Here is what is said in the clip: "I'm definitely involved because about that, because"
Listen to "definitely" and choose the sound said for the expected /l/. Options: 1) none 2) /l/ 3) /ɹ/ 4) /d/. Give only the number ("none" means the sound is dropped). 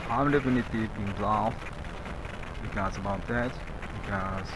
1